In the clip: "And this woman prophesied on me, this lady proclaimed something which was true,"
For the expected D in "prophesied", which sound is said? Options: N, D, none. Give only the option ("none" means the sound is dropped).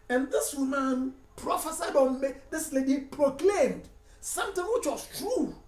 D